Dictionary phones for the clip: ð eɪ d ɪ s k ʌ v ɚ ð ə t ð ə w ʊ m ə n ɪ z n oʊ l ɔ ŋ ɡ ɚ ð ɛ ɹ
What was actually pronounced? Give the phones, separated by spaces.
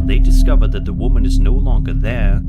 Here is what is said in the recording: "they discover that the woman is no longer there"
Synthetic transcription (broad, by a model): ð eɪ d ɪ s k ʌ v ɚ ð ə t ð ə w ʊ m ə n ɪ z n oʊ l ɔ ŋ ɡ ɚ ð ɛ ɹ